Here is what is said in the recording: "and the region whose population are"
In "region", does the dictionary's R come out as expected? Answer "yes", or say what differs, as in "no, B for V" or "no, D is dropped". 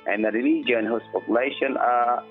no, L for R